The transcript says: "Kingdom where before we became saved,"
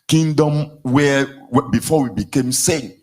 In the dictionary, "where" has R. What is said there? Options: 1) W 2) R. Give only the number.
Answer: 1